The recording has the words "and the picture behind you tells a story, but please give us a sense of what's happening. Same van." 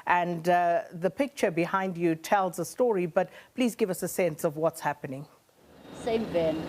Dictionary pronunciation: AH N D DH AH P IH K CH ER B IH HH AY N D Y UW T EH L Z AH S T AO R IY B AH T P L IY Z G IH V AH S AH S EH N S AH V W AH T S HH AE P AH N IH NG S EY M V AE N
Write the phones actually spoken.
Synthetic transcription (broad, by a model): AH N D DH AH P IH K CH ER B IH HH AY N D Y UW T EH L Z AH S T AO R IY B AH T P L IY Z G IH V AH S AH S EH N S AH V W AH T S HH AE P AH N IH NG S EY M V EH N